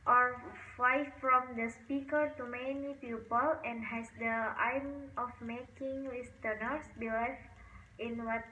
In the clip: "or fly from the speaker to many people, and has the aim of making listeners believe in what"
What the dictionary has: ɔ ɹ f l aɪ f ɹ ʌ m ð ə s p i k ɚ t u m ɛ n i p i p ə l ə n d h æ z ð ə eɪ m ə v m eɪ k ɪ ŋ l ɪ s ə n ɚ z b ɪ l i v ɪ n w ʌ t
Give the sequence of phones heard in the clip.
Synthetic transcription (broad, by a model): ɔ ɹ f aɪ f ɹ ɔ m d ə s p i k ɚ t u m ɛ n i p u p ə l ə n d h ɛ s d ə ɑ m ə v m eɪ k ɪ ŋ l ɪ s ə n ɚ s b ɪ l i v ɪ n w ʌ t